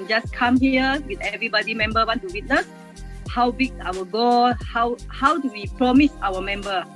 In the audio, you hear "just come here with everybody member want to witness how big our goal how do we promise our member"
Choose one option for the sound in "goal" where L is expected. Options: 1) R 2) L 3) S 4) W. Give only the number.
4